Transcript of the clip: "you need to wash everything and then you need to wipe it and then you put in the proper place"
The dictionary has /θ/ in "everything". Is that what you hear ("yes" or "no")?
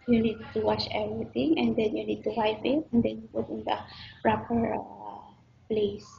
no